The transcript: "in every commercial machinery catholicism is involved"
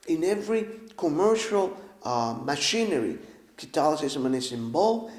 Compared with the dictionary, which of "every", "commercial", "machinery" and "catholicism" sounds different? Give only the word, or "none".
catholicism